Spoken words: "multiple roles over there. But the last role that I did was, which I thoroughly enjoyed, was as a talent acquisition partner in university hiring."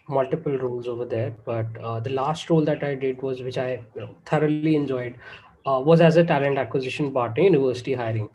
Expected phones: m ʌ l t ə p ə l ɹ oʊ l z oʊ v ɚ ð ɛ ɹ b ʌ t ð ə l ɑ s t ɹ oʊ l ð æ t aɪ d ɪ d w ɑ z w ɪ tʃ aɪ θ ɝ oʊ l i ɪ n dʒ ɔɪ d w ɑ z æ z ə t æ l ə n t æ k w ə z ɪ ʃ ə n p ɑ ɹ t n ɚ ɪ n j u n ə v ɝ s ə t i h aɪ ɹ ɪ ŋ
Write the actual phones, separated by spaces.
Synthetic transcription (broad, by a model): m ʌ l t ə p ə l ɹ oʊ l z oʊ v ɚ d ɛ ɹ b ʌ t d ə l ɑ s t ɹ oʊ l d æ t aɪ d ɪ d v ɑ z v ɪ tʃ aɪ t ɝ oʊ l i ɪ n dʒ ɔɪ d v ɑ z æ z ə t æ l ə n t æ k w ə z ɪ ʃ ə n b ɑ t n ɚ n j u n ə v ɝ s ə t i h aɪ ɹ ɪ ŋ